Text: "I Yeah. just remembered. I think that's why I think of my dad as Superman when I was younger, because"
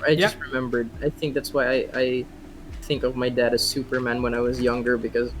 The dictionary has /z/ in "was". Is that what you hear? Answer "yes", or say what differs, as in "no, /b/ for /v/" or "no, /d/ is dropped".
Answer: yes